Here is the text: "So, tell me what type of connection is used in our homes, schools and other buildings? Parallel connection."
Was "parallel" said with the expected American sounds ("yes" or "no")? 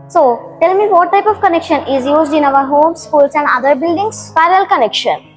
no